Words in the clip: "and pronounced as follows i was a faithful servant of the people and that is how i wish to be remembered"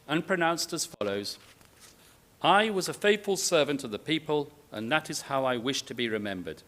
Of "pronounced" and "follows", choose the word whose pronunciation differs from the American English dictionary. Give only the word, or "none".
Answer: none